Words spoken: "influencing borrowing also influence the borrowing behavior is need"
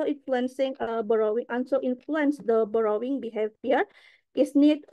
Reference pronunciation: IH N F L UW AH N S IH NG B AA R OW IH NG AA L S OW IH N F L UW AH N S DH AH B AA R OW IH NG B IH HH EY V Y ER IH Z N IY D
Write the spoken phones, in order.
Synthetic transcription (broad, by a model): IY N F L UW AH N S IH NG B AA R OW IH NG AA N S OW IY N F L UW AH N S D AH B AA R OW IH NG B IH HH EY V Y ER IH S N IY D